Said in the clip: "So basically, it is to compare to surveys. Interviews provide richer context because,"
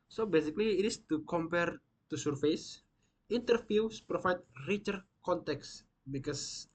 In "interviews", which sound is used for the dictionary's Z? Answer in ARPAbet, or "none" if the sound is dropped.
S